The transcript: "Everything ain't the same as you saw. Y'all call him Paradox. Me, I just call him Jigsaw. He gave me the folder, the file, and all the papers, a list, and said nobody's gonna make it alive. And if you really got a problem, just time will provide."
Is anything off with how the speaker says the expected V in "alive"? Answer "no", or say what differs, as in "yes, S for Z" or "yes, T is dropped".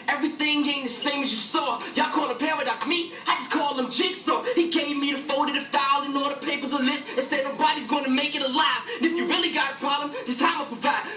yes, F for V